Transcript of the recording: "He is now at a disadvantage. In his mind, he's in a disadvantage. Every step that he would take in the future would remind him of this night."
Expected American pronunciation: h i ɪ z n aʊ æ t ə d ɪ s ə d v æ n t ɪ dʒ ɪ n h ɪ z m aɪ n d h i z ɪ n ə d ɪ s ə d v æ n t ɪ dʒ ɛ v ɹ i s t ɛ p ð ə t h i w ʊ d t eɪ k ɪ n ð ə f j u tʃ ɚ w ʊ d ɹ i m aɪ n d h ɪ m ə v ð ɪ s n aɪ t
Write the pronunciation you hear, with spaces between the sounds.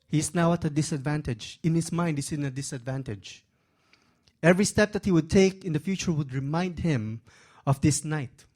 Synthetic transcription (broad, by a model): h i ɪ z n aʊ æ t ə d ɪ s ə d v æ n t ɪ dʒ ɪ n h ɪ s m aɪ n d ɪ s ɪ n ə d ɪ s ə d v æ n t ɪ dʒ ɛ v ɹ i s t ɛ p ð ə t h i w ʊ d t eɪ k ɪ n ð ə f j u tʃ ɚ w ʊ d ɹ i m aɪ n d h ɪ m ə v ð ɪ s n aɪ t